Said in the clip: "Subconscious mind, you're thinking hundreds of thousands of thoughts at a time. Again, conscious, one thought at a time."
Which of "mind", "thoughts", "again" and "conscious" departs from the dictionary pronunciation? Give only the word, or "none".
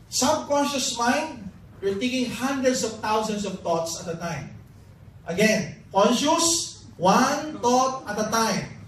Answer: thoughts